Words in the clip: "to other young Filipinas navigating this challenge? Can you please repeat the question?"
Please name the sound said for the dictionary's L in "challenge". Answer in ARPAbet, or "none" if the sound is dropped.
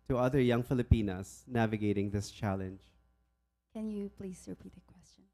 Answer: L